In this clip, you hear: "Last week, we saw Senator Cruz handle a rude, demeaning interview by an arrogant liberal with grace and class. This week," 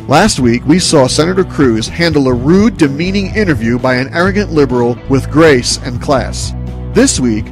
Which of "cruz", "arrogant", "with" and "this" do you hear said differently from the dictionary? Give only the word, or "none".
none